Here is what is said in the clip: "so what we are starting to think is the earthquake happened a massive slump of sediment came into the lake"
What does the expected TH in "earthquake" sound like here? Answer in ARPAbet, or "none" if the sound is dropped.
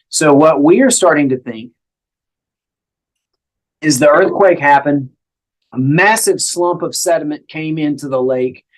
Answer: TH